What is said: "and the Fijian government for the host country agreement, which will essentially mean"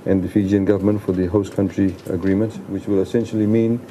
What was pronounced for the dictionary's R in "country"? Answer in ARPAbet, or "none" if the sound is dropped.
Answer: R